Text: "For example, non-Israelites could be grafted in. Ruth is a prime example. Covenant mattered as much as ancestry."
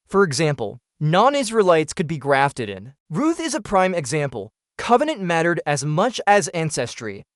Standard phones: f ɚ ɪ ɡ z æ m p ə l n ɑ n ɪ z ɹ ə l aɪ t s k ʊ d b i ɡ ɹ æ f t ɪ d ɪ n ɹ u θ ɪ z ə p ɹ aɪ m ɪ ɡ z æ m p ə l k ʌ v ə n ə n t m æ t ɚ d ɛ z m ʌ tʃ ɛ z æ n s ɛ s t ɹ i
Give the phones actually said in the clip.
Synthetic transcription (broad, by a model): f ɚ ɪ ɡ z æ m p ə l n ɑ n ɪ z ɹ ə l aɪ t s k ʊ d b i ɡ ɹ æ f t ɪ d ɪ n ɹ u θ ɪ z ə p ɹ aɪ m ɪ ɡ z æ m p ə l k ʌ v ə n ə n m æ t ɚ d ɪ z m ʌ tʃ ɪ z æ n s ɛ s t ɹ i